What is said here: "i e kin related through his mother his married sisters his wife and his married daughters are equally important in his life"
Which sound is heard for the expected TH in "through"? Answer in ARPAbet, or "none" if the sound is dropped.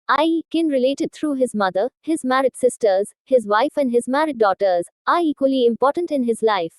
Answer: T